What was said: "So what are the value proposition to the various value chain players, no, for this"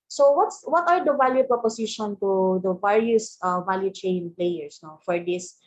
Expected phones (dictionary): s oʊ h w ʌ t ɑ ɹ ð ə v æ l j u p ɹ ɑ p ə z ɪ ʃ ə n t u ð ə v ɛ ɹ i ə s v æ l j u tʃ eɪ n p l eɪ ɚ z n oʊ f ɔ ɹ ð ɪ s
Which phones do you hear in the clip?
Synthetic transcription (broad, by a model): s oʊ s w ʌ t ɑ ɹ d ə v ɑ l j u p ɹ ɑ p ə s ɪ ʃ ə n t u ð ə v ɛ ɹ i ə s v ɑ l j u tʃ eɪ n p l eɪ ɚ s n oʊ f ɔ ɹ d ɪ s